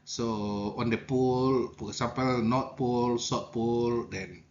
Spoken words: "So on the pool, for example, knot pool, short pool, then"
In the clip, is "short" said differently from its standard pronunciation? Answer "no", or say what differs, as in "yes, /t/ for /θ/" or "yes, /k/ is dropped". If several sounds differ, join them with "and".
yes, /s/ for /ʃ/